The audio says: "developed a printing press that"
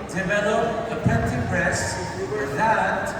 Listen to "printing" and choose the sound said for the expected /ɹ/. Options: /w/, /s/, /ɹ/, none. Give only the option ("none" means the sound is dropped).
none